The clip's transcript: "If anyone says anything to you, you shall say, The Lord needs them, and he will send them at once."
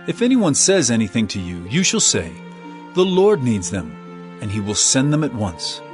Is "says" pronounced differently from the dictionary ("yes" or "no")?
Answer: no